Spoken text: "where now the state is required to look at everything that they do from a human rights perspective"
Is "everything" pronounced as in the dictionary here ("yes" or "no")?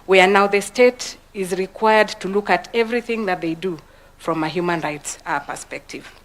yes